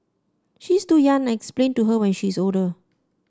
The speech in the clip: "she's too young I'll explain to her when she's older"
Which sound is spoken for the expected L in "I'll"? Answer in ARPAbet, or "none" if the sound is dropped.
N